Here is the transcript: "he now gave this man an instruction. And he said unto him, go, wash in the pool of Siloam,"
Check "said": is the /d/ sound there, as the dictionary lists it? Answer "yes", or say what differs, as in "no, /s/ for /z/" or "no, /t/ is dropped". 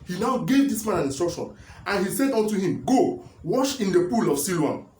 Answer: yes